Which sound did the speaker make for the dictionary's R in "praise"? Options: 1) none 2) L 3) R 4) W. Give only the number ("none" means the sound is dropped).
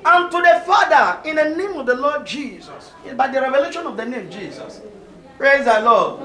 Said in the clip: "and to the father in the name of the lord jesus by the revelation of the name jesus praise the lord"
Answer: 3